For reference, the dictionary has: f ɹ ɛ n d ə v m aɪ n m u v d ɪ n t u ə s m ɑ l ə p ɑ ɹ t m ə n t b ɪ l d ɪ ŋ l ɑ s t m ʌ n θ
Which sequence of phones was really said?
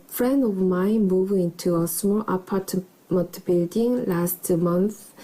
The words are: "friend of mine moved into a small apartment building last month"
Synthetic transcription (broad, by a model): f ɹ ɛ n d ə v m aɪ n m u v ɪ n t u ə s m ɑ l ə p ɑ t m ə n t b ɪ l d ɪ ŋ l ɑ s t m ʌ n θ